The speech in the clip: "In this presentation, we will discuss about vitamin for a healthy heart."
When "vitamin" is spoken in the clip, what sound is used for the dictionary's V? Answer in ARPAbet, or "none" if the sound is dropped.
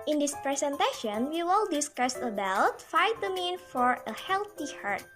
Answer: F